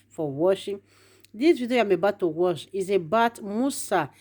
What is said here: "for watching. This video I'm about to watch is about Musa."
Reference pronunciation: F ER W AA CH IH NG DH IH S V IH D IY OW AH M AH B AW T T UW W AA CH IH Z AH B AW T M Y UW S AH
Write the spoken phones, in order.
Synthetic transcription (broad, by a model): F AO W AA SH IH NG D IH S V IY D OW AH M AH B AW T T UW W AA SH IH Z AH B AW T M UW S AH